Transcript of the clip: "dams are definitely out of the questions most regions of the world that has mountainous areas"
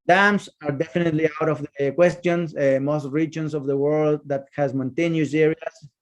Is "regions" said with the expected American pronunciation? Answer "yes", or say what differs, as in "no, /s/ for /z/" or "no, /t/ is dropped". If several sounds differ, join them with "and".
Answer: no, /s/ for /z/